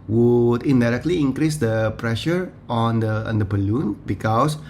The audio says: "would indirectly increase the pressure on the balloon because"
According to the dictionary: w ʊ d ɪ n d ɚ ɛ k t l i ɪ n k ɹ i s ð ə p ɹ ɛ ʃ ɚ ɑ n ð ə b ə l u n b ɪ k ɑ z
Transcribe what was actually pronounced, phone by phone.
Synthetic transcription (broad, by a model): w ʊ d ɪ n d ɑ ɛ k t l i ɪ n k ɹ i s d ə p ɹ ɛ ʃ ɚ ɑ n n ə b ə l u n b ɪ k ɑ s